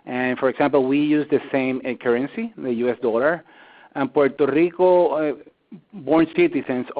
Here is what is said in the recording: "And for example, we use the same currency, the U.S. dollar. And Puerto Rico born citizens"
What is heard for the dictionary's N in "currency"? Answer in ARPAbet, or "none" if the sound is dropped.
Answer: N